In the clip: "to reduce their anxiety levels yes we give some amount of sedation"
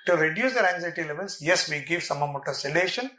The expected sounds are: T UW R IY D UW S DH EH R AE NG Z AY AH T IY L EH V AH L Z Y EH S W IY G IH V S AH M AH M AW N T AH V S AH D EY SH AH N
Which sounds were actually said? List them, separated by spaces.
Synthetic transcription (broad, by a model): T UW R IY D UW S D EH R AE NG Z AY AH T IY L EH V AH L S Y EH S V IY G IH V S AH M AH M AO T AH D S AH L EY SH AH N